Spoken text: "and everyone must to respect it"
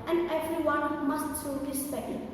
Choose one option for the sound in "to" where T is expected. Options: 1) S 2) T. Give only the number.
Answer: 1